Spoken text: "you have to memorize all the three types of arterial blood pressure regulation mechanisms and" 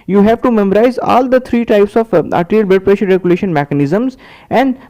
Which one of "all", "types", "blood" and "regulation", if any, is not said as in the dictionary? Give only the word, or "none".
blood